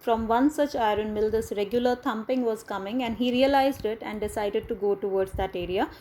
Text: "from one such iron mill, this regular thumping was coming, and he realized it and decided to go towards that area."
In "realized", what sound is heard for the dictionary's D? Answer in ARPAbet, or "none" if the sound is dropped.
D